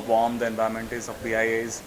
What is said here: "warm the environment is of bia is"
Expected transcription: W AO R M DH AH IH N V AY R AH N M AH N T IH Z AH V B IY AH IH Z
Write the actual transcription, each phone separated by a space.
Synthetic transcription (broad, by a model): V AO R M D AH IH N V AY AH M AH N T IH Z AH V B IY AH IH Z